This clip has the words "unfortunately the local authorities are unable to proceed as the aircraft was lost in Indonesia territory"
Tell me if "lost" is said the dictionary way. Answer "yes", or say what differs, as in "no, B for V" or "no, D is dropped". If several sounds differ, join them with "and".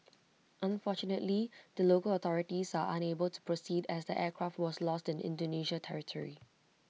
yes